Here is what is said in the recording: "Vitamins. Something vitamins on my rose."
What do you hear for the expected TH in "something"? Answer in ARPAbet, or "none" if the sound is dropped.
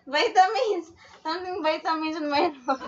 T